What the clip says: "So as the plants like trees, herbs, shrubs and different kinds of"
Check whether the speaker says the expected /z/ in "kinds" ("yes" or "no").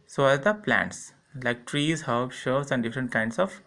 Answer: no